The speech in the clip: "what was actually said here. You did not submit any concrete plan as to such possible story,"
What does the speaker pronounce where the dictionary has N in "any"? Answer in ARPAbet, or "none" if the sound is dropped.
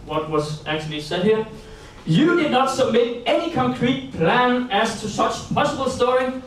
N